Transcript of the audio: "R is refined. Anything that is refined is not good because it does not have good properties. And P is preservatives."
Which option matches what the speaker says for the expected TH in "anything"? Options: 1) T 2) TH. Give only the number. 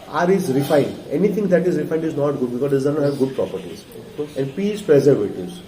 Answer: 1